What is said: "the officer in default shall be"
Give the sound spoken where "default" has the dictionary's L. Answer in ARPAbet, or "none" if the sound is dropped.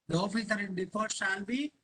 none